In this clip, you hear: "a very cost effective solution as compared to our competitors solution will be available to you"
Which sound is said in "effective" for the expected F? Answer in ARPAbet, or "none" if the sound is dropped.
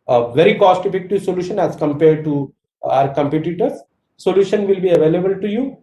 P